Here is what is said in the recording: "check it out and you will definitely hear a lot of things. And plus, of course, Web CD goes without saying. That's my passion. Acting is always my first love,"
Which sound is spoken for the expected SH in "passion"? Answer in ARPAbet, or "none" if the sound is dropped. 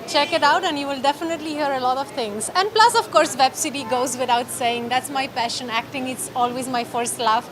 SH